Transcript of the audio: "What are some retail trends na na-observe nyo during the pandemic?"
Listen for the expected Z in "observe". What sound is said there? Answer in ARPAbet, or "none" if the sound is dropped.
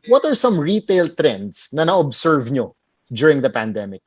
S